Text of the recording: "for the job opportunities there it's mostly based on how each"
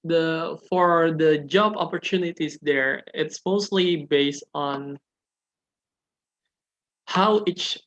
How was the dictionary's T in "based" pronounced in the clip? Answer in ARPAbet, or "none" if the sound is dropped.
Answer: T